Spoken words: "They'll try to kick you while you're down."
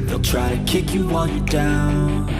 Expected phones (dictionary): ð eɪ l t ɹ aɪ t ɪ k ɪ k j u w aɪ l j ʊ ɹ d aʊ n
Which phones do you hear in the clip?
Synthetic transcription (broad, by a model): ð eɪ l t ɹ aɪ t ɪ k ɪ k j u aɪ n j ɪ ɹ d aʊ n